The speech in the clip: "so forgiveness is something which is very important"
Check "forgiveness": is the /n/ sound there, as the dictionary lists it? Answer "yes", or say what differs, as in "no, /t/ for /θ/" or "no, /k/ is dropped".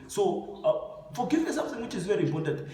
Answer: no, /n/ is dropped